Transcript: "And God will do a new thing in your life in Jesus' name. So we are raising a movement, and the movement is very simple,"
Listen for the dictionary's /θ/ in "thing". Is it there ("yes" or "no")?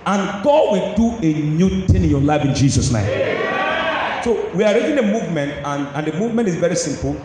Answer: no